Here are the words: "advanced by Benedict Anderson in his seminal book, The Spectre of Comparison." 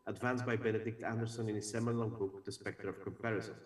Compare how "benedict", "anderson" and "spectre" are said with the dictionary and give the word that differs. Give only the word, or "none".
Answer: none